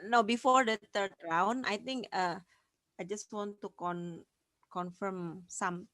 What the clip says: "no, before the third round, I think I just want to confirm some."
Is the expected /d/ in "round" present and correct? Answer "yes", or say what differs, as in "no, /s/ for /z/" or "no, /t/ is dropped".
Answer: no, /d/ is dropped